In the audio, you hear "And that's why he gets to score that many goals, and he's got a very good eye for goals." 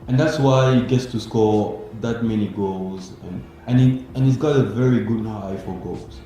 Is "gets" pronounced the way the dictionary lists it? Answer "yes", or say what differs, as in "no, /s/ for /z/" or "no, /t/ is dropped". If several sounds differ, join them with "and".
yes